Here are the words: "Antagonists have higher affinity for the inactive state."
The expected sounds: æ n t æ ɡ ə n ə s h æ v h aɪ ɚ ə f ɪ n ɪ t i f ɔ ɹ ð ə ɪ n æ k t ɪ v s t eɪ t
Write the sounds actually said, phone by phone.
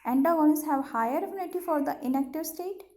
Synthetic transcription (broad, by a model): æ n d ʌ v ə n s h æ v h aɪ ɚ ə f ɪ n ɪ t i f ɔ ɹ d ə ɪ n æ k t ɪ v s t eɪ t